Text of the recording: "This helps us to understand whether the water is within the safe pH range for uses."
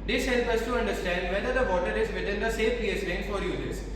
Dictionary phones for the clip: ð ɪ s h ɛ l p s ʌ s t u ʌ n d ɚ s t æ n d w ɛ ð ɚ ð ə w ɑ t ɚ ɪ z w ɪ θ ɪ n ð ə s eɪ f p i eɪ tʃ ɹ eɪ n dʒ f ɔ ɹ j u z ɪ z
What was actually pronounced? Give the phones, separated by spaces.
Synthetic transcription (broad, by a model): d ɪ s h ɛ l p ʌ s t u ʌ n d ɚ s t æ n d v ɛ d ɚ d ə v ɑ t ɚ ɪ z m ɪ t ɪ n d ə s eɪ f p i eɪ s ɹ eɪ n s f ɔ ɹ j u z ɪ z